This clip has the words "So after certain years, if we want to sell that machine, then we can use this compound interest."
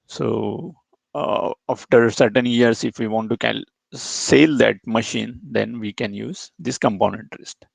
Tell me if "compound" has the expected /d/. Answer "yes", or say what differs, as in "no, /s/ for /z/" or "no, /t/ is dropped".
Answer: no, /d/ is dropped